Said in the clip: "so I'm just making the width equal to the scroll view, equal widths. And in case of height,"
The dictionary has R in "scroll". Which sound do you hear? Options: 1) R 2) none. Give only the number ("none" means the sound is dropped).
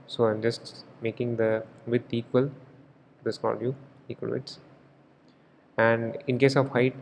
2